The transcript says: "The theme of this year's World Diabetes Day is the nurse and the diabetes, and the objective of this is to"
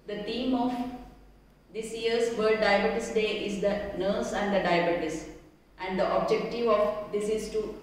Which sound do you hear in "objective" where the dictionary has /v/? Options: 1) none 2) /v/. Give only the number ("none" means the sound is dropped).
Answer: 2